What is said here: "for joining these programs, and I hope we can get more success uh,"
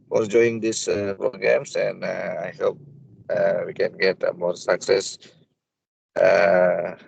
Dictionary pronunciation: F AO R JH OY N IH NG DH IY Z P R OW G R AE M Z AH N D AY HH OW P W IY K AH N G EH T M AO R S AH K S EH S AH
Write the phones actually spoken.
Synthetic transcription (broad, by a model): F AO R JH OY IH NG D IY S P R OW G R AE M S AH N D AY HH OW P W IY K AH N G EH T M AO R S AH K S EH S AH